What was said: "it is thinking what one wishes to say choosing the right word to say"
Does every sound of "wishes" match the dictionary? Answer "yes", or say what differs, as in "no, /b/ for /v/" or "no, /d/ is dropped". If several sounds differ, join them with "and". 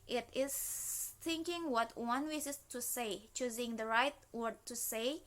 no, /s/ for /ʃ/ and /s/ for /z/